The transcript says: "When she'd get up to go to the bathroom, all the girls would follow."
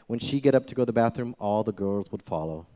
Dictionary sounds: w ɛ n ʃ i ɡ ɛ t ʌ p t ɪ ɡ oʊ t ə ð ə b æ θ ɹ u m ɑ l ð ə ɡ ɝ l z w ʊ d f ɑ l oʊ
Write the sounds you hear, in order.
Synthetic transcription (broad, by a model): w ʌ n ʃ i ɡ ɛ t ʌ p t ɪ ɡ oʊ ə ð ə b æ θ ɹ u m ɑ l ð ə ɡ ɝ l z w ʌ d f ɑ l oʊ